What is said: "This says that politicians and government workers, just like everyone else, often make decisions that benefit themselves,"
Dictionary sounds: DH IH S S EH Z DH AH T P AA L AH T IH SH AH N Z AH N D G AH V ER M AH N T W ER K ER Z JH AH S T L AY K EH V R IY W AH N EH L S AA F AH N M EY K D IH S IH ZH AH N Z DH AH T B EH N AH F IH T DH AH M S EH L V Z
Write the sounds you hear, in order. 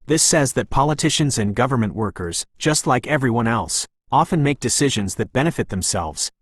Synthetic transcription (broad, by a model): DH IH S S EH Z DH AH T P AA L AH T IH SH AH N Z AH N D G AH V ER M AH N T W ER K ER Z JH AH S T L AY K EH V R IY W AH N EH L S AA F AH N M EY K D IH S IH ZH AH N Z DH AH T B EH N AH F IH T DH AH M S EH L V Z